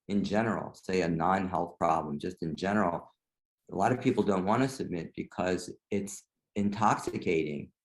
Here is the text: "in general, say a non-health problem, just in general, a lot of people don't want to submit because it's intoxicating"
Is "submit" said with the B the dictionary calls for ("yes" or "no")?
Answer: yes